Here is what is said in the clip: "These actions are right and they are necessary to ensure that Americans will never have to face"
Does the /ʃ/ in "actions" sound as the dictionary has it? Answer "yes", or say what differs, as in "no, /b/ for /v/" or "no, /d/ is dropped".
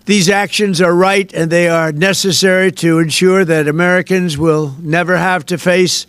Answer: yes